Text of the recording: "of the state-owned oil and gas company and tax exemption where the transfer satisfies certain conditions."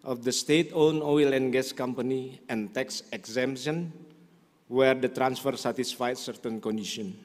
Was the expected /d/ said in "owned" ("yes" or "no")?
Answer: no